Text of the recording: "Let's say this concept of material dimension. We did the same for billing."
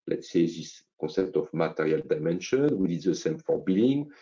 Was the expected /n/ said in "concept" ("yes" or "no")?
no